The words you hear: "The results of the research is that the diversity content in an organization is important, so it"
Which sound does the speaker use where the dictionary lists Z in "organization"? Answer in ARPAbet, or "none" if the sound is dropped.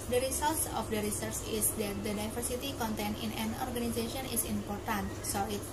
S